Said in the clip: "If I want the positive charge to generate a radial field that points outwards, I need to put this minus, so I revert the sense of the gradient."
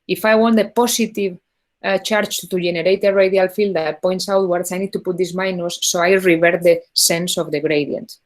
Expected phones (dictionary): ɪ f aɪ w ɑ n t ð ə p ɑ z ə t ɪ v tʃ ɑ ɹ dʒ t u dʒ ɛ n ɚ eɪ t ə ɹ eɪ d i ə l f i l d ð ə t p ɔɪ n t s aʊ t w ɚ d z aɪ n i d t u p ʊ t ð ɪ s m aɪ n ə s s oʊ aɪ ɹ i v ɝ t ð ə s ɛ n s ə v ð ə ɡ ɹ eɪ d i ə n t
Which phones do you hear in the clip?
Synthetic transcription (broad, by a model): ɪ f aɪ w ɑ n t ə p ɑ s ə t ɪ v tʃ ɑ ɹ tʃ t u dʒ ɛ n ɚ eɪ t ə ɹ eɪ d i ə l f i l d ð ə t p ɔɪ n t s aʊ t w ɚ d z aɪ n i d t u p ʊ t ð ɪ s m aɪ n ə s s oʊ aɪ ɹ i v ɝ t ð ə s ɛ n s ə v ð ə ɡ ɹ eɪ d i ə n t